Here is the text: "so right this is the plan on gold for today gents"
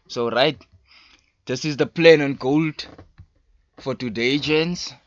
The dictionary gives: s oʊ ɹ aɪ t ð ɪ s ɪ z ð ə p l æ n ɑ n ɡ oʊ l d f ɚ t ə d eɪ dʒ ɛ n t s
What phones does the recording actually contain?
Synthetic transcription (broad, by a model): s oʊ ɹ aɪ t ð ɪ s ɪ z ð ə p l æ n ɑ n ɡ oʊ l d f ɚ t ə d eɪ dʒ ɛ n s